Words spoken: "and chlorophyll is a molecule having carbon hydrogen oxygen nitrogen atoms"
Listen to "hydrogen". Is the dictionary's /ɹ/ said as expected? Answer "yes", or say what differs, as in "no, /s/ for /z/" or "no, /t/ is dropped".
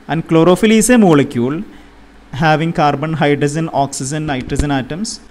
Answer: no, /ɹ/ is dropped